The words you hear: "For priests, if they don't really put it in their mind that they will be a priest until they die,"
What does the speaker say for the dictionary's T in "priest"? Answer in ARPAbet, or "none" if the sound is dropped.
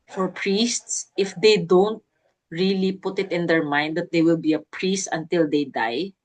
T